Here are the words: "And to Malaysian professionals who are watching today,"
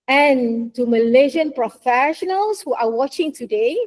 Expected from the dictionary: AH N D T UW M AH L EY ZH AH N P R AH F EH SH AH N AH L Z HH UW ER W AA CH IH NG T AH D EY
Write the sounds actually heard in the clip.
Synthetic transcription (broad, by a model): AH N T UW M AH L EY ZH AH N P R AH F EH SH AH N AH L S HH UW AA W AA CH IH NG T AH D EY